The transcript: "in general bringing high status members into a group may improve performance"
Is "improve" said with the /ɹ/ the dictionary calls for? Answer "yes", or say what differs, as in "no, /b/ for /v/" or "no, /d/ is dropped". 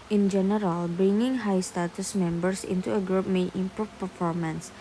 no, /ɹ/ is dropped